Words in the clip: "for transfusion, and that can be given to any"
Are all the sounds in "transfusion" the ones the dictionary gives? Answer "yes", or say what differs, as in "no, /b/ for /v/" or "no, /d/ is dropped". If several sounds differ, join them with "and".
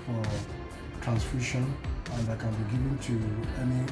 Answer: no, /ʃ/ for /ʒ/